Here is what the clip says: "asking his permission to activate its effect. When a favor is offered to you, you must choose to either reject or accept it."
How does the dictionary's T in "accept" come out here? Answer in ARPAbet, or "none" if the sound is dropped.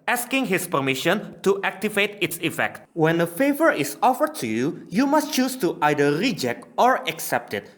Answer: T